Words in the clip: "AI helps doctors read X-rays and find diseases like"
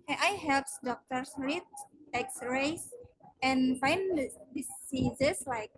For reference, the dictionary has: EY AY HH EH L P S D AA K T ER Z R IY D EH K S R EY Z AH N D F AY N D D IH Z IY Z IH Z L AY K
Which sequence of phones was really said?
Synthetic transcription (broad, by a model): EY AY HH EH L P S D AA K T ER S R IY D EH K S R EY S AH N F AY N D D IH S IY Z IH S L AY K